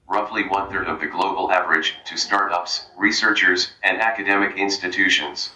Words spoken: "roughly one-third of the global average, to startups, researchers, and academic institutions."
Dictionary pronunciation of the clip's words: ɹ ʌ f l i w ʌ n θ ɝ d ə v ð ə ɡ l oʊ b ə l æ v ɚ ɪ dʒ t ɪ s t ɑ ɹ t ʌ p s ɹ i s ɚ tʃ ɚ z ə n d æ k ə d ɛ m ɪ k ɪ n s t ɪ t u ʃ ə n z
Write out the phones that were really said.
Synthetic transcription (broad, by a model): ɹ ʌ f l i w ʌ n θ ɝ d ə v ð ə ɡ l oʊ b l æ v ɚ ɪ dʒ t ɪ s t ɑ ɹ t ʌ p s ɹ i s ɚ tʃ ɚ z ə n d æ k ə d ɛ m ɪ k ɪ n s t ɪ t u ʃ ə n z